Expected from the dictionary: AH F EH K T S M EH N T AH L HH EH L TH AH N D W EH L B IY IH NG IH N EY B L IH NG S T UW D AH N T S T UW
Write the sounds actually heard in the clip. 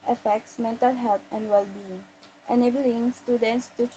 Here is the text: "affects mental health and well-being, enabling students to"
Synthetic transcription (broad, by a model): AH F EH K T S M EH N T AH L HH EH L T AH N D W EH L B IY IH NG IH N EY B L IH NG S T UW D AH N T S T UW